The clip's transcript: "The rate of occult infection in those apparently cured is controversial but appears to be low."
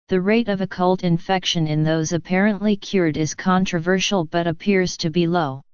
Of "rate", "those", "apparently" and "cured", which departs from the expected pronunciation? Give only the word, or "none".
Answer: none